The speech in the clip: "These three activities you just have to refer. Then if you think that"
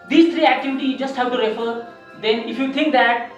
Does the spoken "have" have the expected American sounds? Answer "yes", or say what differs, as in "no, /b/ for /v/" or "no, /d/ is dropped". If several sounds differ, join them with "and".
no, /w/ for /v/